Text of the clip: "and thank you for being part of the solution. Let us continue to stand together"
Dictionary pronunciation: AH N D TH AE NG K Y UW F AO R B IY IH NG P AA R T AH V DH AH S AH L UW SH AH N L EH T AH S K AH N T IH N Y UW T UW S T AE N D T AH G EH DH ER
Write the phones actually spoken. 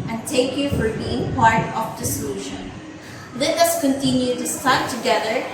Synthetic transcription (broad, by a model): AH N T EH K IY F AO R B IY IH NG P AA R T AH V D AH S AH L UW SH AH N L EH T AH S K AH N T IH N Y UW T UW S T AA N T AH G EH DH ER